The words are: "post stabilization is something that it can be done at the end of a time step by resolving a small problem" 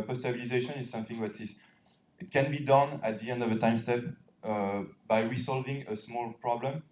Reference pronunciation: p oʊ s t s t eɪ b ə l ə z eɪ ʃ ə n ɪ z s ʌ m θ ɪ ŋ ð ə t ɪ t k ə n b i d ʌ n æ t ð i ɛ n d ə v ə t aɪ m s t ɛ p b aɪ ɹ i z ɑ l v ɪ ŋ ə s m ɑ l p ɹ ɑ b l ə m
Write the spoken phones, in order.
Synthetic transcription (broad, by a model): p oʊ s s t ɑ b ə l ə z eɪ ʃ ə n ɪ z s ʌ m θ ɪ ŋ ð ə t ɪ t k ə n b i d ʌ n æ t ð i ɛ n d ə v ə t aɪ m s t ɛ p b aɪ ɹ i s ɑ l v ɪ ŋ ə s m ɑ l p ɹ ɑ b l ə m